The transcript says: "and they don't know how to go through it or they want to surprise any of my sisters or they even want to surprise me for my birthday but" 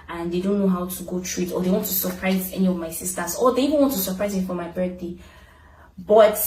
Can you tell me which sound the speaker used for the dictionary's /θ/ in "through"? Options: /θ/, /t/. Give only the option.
/t/